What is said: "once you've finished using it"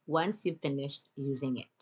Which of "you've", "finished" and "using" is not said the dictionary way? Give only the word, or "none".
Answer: none